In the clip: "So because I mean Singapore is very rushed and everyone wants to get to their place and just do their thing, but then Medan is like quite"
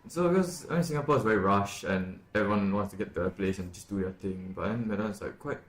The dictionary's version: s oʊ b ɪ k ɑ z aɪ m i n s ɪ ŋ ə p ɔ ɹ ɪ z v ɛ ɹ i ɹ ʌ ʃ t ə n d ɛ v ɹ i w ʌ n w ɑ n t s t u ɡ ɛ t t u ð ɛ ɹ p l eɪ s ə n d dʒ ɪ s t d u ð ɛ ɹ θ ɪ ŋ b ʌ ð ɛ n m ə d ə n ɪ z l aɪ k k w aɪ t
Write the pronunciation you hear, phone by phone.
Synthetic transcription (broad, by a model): s oʊ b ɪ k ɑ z aɪ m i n s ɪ ŋ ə p ɔ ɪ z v ɛ ɹ i ɹ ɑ ʃ ə n ɛ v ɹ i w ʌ n w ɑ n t s t u ɡ ɛ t t u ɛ p l eɪ s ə n dʒ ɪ s d u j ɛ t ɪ ŋ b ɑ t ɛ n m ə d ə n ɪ s l aɪ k k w aɪ t